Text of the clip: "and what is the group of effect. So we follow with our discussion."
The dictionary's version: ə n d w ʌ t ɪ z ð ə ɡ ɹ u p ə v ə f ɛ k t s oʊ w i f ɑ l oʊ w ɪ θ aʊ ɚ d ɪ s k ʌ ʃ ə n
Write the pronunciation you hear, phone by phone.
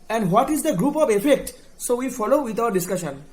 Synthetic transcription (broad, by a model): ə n d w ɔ t ɪ z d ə ɡ ɹ u p ə v ə f ɛ k t s oʊ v i f ɑ l oʊ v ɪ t aʊ ɚ d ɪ s k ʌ ʃ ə n